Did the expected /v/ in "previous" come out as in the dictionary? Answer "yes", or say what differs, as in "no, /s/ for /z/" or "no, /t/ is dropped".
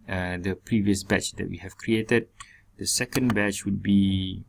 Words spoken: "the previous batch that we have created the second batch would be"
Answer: yes